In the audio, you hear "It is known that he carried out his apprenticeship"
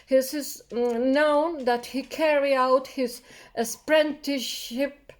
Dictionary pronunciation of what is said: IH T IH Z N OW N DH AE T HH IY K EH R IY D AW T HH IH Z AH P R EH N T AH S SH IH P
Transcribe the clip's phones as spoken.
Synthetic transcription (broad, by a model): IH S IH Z N OW N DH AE T HH IY K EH R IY AW T HH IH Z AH P R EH N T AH SH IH P